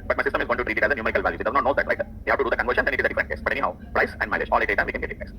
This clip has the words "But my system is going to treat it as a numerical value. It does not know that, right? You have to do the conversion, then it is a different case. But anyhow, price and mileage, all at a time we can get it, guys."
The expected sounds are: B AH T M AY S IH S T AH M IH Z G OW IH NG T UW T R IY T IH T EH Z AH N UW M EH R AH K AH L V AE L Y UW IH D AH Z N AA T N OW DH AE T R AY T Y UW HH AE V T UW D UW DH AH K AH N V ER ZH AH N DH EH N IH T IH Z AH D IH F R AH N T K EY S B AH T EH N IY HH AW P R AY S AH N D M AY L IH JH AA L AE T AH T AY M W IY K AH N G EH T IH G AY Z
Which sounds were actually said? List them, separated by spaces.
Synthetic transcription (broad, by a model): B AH T M AY S IH S T AH M IH Z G OW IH T UW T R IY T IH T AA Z AH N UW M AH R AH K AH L V AE L Y UW IH D AH Z N AA T N OW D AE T R AY T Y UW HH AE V T UW D UW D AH K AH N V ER SH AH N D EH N IH T IH Z AH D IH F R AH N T K EY S B AH T EH N IY HH AW P R AY S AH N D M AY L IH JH AA L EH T AH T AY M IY K AH N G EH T IH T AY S